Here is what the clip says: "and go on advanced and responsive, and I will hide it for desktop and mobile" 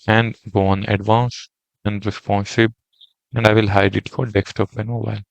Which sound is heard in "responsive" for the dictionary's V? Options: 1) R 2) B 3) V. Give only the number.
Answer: 2